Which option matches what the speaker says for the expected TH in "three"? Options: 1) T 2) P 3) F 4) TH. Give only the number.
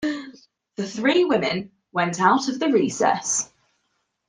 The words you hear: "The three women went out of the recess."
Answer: 4